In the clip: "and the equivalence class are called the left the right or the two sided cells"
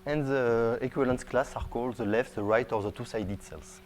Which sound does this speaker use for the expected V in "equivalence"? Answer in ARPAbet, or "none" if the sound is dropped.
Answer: none